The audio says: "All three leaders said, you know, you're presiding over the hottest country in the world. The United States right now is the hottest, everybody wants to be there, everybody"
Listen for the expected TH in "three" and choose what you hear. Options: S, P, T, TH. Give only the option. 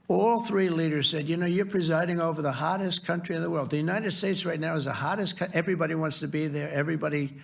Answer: TH